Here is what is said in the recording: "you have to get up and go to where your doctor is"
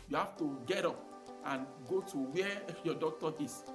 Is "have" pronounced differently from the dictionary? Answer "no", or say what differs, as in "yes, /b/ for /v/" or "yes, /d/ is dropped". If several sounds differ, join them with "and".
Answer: yes, /f/ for /v/